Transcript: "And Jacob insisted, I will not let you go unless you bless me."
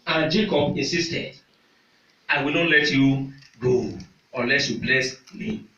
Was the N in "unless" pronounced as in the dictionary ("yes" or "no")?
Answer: yes